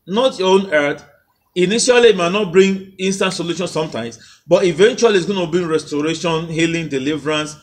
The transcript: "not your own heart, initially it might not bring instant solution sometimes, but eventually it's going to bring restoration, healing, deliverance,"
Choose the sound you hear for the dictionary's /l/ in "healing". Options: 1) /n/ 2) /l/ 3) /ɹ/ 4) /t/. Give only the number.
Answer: 2